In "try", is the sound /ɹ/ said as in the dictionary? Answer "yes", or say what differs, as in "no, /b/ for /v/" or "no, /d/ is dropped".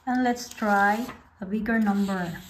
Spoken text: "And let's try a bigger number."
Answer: yes